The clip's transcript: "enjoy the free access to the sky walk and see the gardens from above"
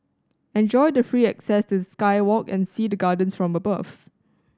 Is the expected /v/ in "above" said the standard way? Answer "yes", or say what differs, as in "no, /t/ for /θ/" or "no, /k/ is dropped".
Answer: no, /f/ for /v/